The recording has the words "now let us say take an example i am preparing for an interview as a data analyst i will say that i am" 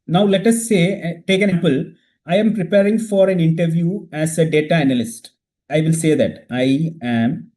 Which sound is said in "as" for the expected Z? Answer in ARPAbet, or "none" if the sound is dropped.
S